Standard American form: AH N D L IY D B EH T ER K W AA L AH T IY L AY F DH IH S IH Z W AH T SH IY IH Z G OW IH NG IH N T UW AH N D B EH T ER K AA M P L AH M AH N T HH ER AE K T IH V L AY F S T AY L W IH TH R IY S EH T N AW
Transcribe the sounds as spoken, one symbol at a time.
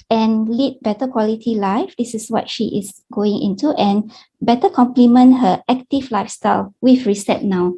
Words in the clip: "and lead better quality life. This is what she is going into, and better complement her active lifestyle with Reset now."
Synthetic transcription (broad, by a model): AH N L IY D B EH T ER K W AA L AH T IY L AY F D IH S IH S W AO T SH IY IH S G OW IH NG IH N T UW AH N B EH T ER K AA M P L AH M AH N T HH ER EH K T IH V L AY F S T AY L W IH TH R IY S EH T N AW